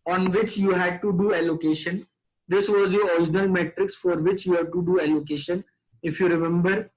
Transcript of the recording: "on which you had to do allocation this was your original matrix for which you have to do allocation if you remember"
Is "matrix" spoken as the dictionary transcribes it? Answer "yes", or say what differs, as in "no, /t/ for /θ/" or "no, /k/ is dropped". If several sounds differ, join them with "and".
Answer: yes